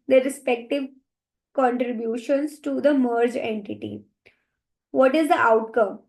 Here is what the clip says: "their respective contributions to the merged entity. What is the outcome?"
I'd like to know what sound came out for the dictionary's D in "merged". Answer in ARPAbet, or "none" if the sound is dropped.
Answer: none